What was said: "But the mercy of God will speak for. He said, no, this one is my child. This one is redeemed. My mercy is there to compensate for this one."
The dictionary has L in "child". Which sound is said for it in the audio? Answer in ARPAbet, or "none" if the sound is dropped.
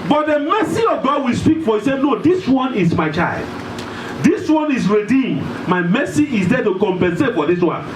L